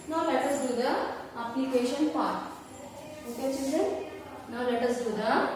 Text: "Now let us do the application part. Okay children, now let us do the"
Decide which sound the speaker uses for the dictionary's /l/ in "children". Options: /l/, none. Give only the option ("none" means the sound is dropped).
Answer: none